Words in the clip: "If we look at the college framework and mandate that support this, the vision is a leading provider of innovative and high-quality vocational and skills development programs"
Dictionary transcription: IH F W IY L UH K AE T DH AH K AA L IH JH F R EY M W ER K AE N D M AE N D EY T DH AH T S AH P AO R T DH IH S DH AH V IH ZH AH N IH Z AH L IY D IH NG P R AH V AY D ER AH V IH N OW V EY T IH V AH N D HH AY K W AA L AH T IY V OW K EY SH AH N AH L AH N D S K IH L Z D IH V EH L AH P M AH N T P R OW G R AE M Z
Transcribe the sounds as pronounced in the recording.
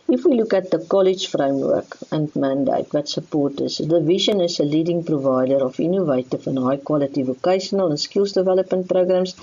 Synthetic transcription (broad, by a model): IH F W IY L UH K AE T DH AH K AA L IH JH F R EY M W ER K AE N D M AE N D EY T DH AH T S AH P AO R T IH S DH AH V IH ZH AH N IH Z AH L IY D IH NG P R AH V AY D ER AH F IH N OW V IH T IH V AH N HH AY K W AA L AH T IY V OW K EY SH AH N AH L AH N S K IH L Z D IH V EH L AH P M AH N T P R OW G R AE M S